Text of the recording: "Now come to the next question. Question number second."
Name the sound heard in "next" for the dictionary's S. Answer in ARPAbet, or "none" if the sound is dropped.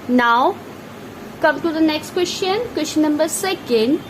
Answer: S